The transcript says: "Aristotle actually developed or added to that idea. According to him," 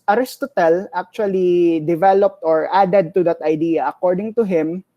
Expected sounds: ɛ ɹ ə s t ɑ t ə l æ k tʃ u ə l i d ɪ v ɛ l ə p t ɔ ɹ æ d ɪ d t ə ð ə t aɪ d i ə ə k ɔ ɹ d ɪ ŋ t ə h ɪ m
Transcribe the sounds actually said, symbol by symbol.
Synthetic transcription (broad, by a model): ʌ ɹ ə s t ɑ t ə l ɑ k tʃ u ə l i d ɪ v ɛ l ə p t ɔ ɹ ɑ d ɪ d t ə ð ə t aɪ d i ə ə k ɔ ɹ d ɪ ŋ t ə h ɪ m